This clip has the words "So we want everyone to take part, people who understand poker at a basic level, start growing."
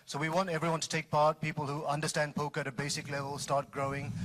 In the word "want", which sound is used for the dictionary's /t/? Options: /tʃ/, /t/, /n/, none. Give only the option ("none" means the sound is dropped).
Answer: /t/